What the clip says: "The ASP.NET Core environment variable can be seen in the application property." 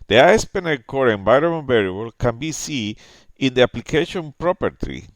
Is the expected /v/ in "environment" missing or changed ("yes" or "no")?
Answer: yes